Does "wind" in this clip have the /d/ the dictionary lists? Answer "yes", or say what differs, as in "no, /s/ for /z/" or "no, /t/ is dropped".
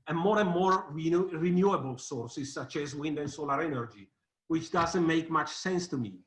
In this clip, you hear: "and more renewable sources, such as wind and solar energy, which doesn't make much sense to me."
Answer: yes